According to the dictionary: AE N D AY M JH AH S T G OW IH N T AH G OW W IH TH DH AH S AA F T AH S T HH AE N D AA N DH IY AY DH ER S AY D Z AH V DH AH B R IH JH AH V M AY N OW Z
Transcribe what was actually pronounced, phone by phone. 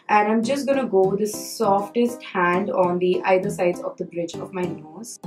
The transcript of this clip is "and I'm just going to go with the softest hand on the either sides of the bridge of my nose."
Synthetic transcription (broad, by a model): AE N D AY M JH AH S T G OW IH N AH G OW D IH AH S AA F T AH S T HH AE N D AA N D IY AY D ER S AY D Z AH V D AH B R IH JH AH V M AY N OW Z